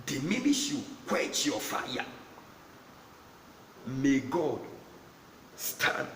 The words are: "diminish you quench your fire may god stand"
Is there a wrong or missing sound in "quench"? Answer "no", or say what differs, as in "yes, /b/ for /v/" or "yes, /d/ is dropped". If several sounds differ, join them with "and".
yes, /n/ is dropped